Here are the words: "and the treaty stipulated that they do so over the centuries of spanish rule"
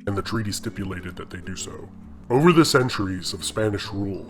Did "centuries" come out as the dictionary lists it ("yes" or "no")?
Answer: yes